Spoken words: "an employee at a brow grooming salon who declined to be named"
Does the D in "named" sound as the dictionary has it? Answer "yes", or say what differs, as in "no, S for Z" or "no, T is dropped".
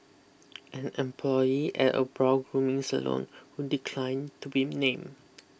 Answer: no, D is dropped